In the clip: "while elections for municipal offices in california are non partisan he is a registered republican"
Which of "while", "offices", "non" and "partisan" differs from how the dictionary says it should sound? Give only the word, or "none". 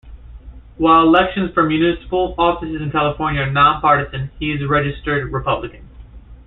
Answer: none